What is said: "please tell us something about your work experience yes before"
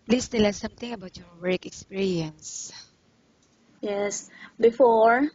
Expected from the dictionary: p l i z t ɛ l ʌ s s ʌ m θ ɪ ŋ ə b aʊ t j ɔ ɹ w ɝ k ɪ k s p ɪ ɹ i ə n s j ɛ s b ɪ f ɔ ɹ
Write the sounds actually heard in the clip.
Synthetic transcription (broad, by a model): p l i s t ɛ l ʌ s s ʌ m t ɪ ŋ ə b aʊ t j ɔ ɹ w ɝ k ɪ k s p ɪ ɹ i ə n s j ɛ s b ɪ f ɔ ɹ